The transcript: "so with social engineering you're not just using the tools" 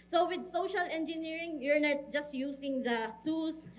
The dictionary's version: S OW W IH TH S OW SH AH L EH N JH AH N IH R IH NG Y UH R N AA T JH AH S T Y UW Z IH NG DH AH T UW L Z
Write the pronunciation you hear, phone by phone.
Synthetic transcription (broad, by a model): S OW W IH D S OW SH AH L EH N JH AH N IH R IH NG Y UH R N AA T JH AH S T Y UW S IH NG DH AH T UW L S